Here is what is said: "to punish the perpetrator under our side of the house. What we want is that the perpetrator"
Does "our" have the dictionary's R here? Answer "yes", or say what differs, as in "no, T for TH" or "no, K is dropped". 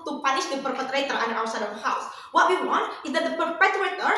no, W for R